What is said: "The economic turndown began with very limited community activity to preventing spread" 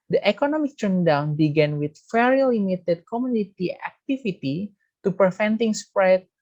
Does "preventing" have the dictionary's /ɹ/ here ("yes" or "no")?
no